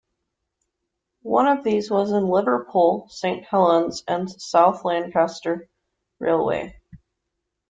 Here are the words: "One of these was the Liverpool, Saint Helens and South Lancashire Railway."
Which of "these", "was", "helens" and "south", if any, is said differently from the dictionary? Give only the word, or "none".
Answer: none